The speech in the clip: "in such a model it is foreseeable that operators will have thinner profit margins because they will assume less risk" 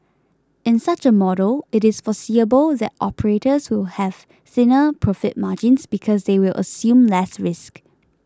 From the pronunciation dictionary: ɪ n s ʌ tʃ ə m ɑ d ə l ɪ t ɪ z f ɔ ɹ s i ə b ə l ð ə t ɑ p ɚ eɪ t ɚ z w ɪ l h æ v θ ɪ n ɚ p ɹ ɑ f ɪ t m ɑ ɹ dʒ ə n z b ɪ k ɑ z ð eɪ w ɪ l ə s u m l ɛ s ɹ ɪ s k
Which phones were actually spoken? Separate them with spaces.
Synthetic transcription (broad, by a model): ɪ n s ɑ tʃ ə m ɑ d ə l ɪ t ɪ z f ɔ s i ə b ə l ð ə t ɑ p ɚ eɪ t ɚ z w ɪ l h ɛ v s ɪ n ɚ p ɹ ɑ f ɪ t m ɑ dʒ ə n s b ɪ k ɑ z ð eɪ w ɪ l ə s u m l ɛ s ɹ ɪ s k